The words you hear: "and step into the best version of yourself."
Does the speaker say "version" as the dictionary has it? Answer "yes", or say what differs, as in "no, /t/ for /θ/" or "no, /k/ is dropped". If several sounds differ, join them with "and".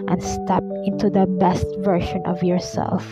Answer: no, /ʃ/ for /ʒ/